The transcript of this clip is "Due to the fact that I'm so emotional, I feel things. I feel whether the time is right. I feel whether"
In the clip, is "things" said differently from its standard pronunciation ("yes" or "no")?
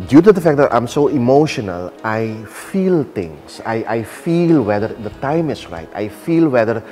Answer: yes